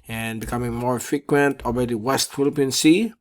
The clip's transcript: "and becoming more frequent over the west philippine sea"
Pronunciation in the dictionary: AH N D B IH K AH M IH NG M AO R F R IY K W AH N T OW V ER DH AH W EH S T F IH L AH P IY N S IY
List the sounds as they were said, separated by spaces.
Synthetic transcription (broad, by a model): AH N B IH K AH M IH NG M AO R F R IY K W AH N T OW B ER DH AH W EH S T F IH L AH P IY N S IY